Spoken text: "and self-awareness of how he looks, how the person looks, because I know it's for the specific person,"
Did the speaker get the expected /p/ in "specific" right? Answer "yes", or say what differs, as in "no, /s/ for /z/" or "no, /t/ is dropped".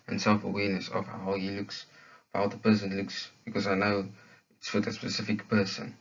yes